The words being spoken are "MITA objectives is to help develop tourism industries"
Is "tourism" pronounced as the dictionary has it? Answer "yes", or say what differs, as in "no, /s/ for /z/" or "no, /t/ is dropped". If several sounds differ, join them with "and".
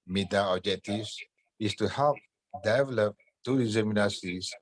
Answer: no, /ɹ/ is dropped